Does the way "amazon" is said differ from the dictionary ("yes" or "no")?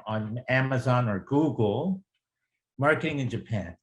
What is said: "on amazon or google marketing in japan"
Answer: no